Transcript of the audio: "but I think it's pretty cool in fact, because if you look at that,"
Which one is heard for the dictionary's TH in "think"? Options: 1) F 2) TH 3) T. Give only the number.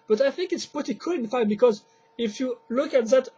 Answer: 2